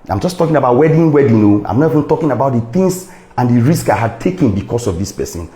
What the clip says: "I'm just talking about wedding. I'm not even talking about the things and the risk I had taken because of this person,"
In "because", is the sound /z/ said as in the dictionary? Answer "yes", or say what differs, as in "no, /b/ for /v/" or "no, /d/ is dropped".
no, /s/ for /z/